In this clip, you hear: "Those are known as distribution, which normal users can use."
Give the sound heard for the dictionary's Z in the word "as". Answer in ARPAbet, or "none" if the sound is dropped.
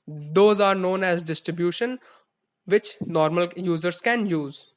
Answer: Z